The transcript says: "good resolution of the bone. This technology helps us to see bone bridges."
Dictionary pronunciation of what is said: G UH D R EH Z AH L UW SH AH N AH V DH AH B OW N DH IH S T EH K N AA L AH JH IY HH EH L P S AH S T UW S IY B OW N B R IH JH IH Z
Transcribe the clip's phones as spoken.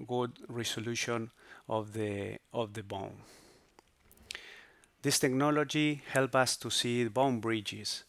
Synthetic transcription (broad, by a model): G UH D R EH S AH L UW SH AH N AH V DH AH B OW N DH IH S T EH K N AA L AH JH IY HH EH L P AH S T UW S IY B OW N B R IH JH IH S